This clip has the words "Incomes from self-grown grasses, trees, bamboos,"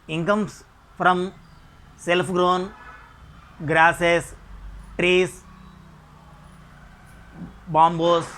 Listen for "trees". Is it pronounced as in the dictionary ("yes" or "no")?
no